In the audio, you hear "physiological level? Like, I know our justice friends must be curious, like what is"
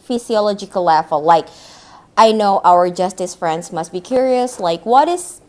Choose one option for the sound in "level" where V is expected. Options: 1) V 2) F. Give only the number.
2